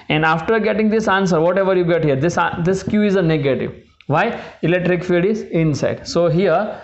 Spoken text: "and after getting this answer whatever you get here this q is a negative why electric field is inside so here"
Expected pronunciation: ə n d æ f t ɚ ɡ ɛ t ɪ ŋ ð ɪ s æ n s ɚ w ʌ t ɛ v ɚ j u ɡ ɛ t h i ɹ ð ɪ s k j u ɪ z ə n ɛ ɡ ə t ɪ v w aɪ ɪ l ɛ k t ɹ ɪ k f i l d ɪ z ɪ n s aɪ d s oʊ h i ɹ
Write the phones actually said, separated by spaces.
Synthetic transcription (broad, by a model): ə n d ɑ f t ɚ ɡ ɛ t ɪ ŋ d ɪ s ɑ n s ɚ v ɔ t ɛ v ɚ j u ɡ ɛ t h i ɹ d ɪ s k j u ɪ z ə n ɛ ɡ ə t ɪ v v aɪ ɪ l ɛ k t ɹ ɪ k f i d ɪ z ɪ n s aɪ d s oʊ h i ɹ